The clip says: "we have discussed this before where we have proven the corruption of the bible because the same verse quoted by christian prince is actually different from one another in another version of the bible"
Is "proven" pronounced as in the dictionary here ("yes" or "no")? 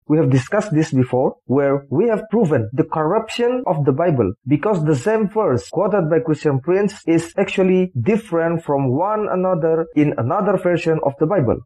yes